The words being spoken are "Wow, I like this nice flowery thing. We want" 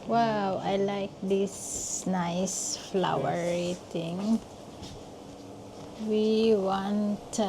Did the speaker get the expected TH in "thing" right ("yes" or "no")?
no